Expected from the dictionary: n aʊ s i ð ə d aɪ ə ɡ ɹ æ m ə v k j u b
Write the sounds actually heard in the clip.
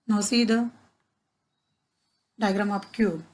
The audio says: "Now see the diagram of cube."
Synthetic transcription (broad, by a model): n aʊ s i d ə d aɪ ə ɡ ɹ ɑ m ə p k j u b